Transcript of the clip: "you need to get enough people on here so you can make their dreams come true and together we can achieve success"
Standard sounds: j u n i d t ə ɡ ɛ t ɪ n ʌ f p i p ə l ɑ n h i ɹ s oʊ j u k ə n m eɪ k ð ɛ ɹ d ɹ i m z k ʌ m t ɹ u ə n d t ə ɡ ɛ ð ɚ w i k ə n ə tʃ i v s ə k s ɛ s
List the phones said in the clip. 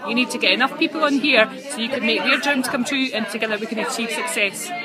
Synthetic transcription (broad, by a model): j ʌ n i d t ə ɡ ɛ t ɪ n ʌ f p i p ə l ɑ n h i ɹ s oʊ j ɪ k ə n m eɪ k ð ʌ ɹ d ɹ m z k ʌ m t ɹ u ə n t ə ɡ ɛ ð ɚ w i k ə n ə tʃ i v s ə k s ɛ s